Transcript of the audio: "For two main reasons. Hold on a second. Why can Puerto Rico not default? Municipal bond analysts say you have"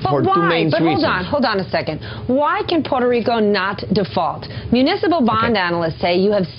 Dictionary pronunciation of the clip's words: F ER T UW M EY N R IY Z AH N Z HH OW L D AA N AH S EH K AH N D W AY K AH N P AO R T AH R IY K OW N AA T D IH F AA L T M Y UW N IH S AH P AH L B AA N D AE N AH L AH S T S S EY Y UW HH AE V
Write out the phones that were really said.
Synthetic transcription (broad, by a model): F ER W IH M EY N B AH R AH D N HH OW L D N AH S EH K AH N D W AY K AH N P AO R T AH R IY K OW N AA T D IH F AA L T M Y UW N IH S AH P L B AA N D AE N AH L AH S T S S EY Y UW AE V